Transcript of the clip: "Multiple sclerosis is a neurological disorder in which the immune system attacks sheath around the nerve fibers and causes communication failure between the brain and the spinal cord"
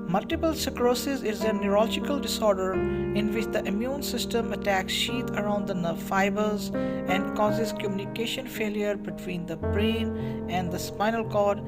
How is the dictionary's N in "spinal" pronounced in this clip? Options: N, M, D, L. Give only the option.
N